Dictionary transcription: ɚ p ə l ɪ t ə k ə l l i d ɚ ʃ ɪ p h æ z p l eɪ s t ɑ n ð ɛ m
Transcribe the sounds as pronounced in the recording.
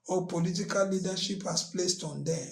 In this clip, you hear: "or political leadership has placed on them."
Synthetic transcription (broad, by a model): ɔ p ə l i t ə k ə l l i d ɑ ʃ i p h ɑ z p l eɪ s t ɑ n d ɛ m